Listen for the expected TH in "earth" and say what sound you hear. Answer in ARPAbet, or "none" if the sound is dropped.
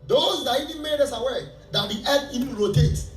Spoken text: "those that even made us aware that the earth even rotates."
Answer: T